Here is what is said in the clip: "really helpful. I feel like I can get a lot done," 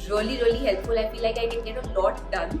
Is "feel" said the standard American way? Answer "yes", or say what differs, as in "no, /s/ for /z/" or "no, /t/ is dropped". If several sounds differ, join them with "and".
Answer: no, /p/ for /f/